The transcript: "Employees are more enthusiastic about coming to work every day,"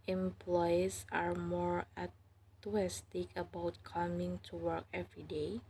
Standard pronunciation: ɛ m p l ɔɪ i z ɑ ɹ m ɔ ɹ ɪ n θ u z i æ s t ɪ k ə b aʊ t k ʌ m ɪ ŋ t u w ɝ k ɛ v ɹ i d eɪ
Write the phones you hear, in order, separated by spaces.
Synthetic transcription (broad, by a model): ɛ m p l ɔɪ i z ɑ ɹ m ɔ ɹ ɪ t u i s t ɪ k ə b aʊ t k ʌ m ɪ ŋ t u w ɝ k ɛ v ɹ i d eɪ